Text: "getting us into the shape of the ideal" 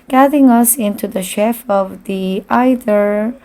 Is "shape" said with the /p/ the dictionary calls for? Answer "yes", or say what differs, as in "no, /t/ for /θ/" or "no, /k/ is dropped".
no, /f/ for /p/